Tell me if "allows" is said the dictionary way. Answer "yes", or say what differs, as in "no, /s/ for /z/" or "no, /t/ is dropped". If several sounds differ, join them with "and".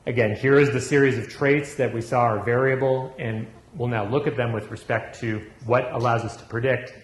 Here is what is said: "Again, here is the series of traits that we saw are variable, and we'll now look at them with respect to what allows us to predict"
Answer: yes